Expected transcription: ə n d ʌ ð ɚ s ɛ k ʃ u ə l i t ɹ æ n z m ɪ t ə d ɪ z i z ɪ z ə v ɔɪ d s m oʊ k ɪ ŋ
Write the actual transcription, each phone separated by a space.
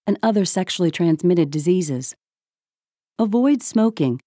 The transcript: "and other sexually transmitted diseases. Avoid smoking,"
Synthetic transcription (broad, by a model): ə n ʌ ð ɚ s ɛ k ʃ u l i t ɹ æ n z m ɪ t ə d ɪ z i z ɪ z ə v ɔɪ d s m oʊ k ɪ ŋ